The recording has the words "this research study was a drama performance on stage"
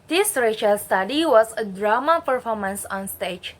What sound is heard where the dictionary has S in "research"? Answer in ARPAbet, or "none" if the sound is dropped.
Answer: SH